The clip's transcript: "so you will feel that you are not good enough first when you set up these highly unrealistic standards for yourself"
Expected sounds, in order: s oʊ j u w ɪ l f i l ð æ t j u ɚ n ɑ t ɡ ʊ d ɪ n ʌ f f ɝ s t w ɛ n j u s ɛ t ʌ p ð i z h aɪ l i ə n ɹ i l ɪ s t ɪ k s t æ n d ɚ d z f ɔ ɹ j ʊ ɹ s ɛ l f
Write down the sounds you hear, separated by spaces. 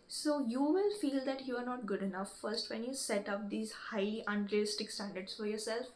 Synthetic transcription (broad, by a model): s oʊ j u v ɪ l f i l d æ t j u ɚ n ɑ t ɡ ʊ d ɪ n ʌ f f ɝ s t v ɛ n j u s ɛ t ʌ p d i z h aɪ i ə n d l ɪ s t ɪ k s t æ n d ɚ d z f ɔ ɹ j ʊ ɹ s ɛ l f